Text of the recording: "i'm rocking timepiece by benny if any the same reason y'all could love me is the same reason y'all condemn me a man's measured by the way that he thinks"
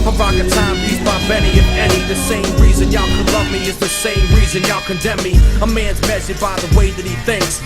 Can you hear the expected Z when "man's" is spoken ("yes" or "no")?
yes